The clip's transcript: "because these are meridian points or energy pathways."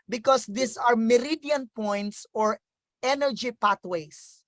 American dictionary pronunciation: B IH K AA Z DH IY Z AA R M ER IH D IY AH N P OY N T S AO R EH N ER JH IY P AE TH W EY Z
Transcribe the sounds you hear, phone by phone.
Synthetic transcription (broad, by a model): B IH K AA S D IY S AA R M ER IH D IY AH N P OY N T S AO R EH N ER JH IY P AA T W EY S